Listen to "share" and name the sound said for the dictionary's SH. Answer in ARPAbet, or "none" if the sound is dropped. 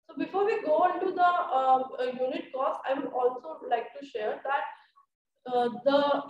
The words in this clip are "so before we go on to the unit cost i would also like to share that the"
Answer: SH